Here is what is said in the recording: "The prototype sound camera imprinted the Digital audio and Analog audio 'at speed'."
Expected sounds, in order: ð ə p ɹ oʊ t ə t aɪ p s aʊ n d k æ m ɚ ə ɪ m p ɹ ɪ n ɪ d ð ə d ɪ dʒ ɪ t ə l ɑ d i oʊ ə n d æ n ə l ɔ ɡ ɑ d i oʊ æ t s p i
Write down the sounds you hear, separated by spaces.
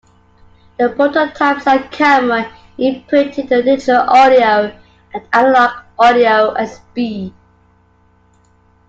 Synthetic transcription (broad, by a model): ð ə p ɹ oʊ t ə t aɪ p s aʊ k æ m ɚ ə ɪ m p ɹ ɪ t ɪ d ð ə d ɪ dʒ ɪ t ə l ɑ d i oʊ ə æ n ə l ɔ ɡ ɑ d i oʊ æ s b i